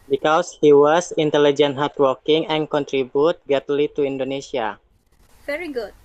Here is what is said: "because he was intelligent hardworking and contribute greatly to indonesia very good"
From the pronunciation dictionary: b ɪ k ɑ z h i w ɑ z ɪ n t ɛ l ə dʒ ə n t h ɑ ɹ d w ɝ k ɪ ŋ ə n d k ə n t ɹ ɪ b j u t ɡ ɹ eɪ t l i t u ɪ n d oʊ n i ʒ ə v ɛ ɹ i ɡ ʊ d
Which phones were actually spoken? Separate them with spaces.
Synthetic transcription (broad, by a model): b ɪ k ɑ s h i w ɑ s ɪ n t ɛ l ə dʒ ə n t h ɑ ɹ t w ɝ k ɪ ŋ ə n k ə n t ɹ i b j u t ɡ eɪ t l i t u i n d oʊ n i s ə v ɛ ɹ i ɡ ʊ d